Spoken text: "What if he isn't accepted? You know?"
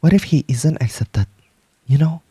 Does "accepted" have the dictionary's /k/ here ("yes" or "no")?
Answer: yes